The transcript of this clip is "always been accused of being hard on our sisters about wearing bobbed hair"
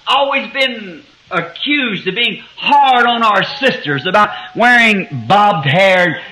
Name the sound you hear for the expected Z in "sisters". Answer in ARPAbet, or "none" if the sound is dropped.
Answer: Z